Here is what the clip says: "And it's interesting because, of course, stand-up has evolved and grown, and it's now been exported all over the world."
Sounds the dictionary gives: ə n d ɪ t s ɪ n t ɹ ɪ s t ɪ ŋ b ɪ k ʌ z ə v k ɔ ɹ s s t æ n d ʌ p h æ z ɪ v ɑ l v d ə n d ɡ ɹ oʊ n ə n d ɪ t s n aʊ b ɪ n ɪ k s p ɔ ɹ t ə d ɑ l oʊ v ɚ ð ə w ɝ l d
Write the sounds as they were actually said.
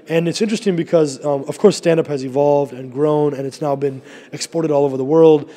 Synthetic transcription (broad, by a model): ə n ɪ t s ɪ n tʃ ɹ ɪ s t ɪ ŋ b ɪ k ʌ z ə v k ɔ ɹ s s t æ n d ʌ p h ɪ z ɪ v ɑ l v d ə n ɡ ɹ oʊ n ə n ɪ t s n aʊ b ɪ n ɪ k s p ɔ ɹ t ə d ɑ l oʊ v ɚ ð ə w ɝ l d